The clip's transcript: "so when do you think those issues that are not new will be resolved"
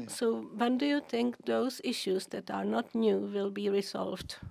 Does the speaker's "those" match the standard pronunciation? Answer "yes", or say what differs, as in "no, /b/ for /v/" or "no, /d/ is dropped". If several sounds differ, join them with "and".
no, /s/ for /z/